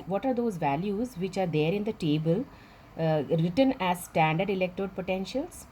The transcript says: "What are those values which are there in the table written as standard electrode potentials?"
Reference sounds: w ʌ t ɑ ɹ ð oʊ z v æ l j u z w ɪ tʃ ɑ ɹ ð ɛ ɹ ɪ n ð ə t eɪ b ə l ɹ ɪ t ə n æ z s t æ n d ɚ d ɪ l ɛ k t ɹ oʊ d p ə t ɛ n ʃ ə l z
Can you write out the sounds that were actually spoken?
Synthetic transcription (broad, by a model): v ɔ t ɑ ɹ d oʊ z v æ l j u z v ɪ tʃ ɑ ɹ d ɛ ɹ ɪ n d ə t eɪ b ə l ɹ ɪ t ə n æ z s t æ n d ɚ d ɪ l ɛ k t oʊ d p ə t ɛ n ʃ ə l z